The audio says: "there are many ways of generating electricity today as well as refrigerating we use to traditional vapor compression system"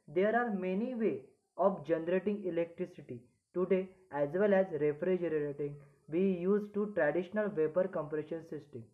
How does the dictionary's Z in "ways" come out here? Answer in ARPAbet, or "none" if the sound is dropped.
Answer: none